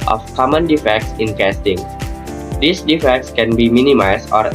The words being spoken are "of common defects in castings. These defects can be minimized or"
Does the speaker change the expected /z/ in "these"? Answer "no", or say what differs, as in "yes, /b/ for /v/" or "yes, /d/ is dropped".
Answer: yes, /s/ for /z/